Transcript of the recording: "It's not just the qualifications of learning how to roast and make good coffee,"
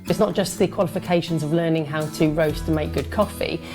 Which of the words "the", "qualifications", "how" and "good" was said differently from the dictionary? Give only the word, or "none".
none